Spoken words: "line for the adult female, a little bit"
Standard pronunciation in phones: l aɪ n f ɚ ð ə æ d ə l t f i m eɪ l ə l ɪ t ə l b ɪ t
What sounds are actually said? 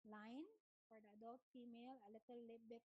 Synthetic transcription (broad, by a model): l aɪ n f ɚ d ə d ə t f i m eɪ l ə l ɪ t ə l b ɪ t